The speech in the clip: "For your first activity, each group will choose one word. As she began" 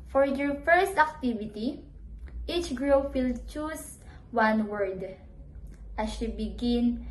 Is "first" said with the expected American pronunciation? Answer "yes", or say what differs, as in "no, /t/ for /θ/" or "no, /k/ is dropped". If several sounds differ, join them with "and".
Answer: yes